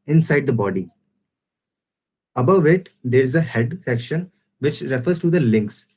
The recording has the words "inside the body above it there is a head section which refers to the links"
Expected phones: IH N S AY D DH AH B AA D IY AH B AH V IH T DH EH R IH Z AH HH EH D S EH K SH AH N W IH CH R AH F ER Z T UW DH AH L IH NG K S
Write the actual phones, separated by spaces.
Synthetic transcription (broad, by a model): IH N S AY D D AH B AA D IY AH B AH V IH T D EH R IH Z AH HH EH D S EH K SH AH N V IH CH R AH F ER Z T UW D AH L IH NG K S